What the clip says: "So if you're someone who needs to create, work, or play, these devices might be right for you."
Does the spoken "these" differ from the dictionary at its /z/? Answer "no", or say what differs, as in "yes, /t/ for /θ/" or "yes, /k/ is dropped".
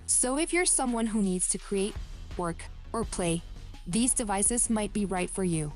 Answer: no